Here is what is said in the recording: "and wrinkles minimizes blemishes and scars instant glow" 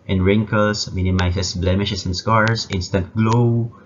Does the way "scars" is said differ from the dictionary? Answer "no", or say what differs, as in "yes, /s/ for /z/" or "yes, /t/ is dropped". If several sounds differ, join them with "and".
yes, /s/ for /z/